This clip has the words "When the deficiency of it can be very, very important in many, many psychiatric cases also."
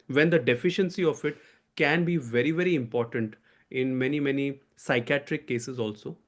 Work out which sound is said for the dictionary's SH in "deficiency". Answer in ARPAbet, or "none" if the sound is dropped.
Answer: SH